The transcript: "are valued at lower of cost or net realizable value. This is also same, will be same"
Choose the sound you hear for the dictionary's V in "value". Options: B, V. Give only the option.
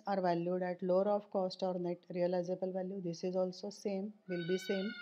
V